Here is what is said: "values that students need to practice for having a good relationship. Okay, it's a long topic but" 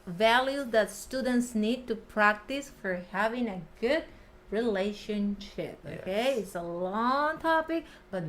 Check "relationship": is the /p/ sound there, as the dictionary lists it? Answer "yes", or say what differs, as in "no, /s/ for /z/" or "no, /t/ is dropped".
yes